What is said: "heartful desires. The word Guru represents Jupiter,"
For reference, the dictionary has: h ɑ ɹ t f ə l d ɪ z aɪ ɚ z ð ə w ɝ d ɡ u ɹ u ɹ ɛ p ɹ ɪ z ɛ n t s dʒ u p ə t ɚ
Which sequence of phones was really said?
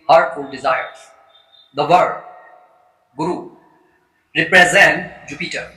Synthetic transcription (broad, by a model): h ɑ ɹ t f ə l d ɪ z aɪ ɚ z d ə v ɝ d ɡ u ɹ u ɹ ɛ p ɹ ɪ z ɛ n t dʒ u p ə t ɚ